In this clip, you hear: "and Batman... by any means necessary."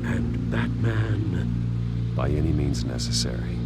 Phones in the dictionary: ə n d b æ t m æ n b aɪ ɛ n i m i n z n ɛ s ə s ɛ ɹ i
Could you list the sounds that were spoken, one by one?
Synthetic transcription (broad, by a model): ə n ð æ t m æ n b aɪ ɛ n i m i n z n ɛ s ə s ɛ ɹ i